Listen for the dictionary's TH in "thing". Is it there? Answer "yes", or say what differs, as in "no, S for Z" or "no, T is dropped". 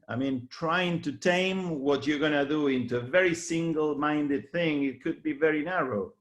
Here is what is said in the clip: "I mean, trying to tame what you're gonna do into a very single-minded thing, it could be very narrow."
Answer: yes